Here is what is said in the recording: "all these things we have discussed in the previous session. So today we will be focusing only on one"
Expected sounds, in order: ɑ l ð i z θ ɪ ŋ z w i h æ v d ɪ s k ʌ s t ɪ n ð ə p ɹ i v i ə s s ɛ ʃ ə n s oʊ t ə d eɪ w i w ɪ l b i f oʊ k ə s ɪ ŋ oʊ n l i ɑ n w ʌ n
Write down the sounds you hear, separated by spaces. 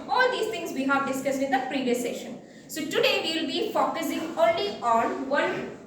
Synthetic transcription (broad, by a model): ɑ l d i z t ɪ ŋ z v i h æ v d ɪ s k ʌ s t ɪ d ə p ɹ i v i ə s s ɛ ʃ ə n s oʊ t ə d eɪ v i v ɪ l b i f oʊ k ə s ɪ ŋ oʊ n l i ɑ n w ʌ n